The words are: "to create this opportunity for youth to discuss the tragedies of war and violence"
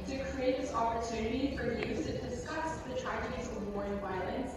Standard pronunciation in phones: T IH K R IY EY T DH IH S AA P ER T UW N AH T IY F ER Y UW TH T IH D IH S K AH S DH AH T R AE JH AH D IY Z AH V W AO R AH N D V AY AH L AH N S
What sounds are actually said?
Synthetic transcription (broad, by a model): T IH K R IY EY T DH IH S AA P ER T UW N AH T IY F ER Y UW S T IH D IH S K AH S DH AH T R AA AH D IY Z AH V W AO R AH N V AY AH L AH N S